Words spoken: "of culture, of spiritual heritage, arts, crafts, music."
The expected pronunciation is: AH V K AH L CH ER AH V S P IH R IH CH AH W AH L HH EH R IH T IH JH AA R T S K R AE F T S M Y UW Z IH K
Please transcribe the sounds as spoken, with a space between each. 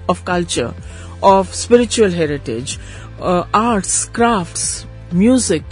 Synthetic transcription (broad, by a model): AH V K AH L CH ER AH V S P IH R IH CH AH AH L HH EH R IH T IH JH AA R T S K R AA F T S M Y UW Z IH K